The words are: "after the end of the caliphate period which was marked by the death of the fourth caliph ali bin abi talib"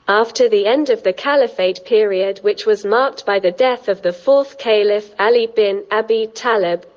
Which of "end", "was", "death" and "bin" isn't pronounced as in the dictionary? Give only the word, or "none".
none